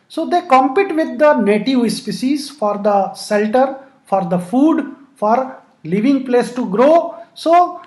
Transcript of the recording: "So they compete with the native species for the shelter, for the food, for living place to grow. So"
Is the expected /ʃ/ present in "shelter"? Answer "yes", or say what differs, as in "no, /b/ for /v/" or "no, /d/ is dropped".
no, /s/ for /ʃ/